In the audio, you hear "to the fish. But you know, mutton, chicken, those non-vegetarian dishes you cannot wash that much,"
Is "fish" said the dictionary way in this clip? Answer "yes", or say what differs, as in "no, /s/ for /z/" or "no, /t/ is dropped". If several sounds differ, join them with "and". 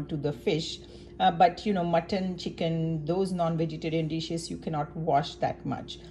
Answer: yes